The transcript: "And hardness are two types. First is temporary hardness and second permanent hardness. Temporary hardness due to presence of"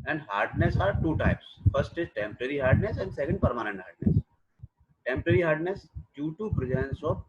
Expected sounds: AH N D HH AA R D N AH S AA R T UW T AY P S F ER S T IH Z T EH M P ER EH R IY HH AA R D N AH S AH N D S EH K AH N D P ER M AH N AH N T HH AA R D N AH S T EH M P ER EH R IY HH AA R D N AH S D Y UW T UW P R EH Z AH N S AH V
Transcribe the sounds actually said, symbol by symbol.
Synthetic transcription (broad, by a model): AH N D HH AA R D N AH S AA R T UW T AY P S F ER S T IH Z T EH M P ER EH R IY HH AA R D N AH S AH N D S EH K AH N D P ER M AH N AH N T HH AA R D N AH S T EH M P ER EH R IY HH AA R D N AH S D Y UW T UW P R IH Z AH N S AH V